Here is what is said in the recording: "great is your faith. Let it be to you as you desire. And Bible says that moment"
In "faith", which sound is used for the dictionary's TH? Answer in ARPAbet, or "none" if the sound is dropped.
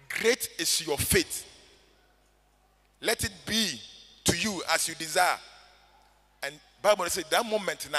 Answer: T